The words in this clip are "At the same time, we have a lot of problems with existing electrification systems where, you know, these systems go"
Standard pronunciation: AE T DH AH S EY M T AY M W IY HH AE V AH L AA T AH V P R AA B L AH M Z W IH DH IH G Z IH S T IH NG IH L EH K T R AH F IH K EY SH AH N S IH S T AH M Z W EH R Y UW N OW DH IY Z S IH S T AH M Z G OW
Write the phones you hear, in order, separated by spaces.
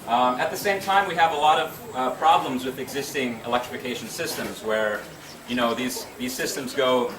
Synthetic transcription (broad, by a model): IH T DH AH S EY M T AY M W IY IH V AH L AA T AH V P R AA B L AH M Z W IH DH IH G Z IH S T IH NG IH L EH K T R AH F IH K EY SH N S IH S T AH M Z W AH R Y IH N OW DH IY Z S IH S T AH M Z G OW